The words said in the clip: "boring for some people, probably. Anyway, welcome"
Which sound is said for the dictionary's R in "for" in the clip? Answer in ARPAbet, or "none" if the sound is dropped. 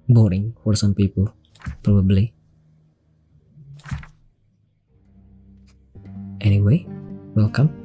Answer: R